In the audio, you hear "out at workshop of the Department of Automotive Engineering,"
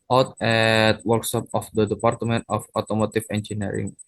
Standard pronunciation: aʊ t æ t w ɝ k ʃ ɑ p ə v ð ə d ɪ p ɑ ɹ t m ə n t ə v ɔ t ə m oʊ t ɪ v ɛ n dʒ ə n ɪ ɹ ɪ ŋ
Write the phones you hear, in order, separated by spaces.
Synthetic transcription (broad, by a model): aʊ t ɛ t w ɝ k s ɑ p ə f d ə d ɪ p ɑ ɹ t m ə n t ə f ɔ t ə m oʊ t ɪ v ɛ n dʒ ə n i ɹ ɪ ŋ